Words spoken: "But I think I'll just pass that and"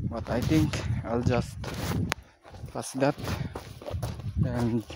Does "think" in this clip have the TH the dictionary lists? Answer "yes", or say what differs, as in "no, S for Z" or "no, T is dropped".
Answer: no, T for TH